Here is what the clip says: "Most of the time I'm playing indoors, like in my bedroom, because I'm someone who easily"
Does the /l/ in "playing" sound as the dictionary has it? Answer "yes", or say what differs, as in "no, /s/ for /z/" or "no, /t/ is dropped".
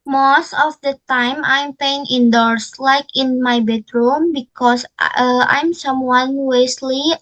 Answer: no, /l/ is dropped